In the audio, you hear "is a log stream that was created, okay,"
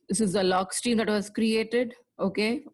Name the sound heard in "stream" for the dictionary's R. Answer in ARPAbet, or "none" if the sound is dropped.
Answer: none